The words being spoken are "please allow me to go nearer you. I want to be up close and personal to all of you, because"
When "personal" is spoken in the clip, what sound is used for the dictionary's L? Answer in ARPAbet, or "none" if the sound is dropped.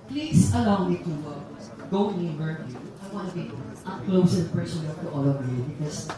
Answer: N